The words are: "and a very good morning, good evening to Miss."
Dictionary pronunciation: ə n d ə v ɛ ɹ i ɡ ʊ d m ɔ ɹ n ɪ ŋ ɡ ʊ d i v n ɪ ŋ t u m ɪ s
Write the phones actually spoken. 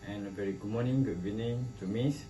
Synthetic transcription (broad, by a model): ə n ə v ɛ ɹ i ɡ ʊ m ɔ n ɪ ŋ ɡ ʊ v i n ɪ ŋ t u m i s